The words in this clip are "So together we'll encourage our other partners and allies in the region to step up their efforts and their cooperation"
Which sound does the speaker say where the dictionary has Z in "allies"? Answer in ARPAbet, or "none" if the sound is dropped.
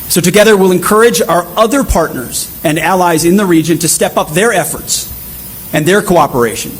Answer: Z